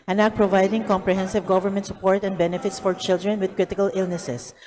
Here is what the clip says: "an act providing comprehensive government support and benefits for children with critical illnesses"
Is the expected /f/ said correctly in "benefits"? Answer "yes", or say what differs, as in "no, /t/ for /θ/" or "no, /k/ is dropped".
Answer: yes